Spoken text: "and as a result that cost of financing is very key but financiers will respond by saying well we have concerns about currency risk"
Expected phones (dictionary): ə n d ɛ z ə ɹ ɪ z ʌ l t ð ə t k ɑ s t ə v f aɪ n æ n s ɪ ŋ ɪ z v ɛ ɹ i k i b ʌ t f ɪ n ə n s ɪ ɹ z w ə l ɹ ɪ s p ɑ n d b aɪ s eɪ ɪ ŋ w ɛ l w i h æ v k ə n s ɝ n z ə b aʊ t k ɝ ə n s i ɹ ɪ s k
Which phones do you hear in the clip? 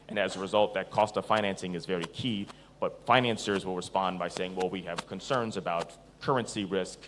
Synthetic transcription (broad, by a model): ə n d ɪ z ə ɹ ɪ z ʌ l t ð ə t k ɑ s t ə v f aɪ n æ n s ɪ ŋ ɪ z v ɛ ɹ i k i b ʌ t f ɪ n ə n s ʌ ɹ z w ə l ɹ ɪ s p ɑ n b aɪ s eɪ ɪ ŋ w ɛ l w i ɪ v k ə n s ɝ n z ə b aʊ t k ɝ ə n s i ɹ ɪ s k